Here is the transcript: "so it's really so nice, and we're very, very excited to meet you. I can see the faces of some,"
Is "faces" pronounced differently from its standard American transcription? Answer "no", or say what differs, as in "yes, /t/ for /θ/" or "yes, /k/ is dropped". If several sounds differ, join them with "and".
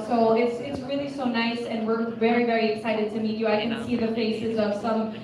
no